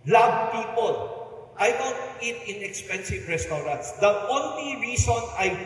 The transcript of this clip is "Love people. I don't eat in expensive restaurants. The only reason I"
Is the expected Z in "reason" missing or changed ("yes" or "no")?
yes